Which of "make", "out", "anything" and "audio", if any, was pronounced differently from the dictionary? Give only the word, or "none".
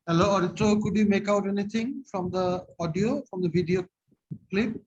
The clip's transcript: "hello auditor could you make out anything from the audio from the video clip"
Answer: anything